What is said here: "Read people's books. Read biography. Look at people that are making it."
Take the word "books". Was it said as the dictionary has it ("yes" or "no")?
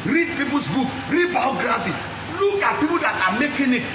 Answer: no